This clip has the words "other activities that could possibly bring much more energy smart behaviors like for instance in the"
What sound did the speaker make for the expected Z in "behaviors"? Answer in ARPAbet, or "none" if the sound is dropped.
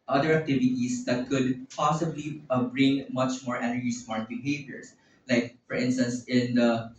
S